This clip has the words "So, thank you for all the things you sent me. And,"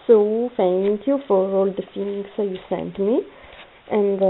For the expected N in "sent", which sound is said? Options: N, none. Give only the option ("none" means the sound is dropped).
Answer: N